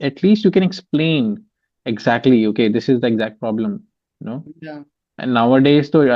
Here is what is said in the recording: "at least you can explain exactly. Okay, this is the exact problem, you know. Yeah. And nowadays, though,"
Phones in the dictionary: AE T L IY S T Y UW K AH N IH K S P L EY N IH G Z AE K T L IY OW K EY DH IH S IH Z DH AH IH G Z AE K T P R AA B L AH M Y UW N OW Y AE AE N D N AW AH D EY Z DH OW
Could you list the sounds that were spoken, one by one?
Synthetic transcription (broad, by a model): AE T L IY S T Y UW K AH N IH K S P L EY N IH G Z AE K T L IY OW K EY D IH S IH Z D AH IH G Z AE K T P R AA B L AH M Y N OW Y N N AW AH D EY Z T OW